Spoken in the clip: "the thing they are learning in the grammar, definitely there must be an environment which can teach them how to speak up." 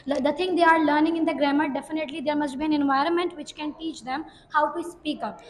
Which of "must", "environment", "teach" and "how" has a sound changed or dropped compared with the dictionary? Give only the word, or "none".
none